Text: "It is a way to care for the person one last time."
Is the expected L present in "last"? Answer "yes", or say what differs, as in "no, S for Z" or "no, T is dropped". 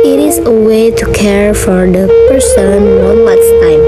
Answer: no, W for L